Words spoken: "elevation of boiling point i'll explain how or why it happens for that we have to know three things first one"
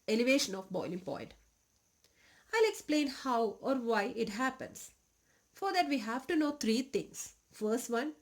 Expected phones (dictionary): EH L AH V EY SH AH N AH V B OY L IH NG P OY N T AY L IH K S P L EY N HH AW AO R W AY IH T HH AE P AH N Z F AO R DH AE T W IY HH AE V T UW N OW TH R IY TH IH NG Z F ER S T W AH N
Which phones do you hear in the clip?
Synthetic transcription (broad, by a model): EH L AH V EY SH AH N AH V B OY L IH NG P OY N T AY L IH K S P L EY N HH AW AO R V AY IH T HH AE P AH N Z F AO R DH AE T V IY HH AE V T UW N OW T R IY T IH NG S F ER S T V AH N